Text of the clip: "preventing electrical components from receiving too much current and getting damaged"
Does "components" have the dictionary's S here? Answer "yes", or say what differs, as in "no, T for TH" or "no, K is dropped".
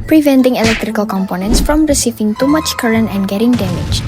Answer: yes